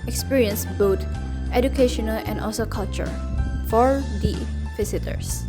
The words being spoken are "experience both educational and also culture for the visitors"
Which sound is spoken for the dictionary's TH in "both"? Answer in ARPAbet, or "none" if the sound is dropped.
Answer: T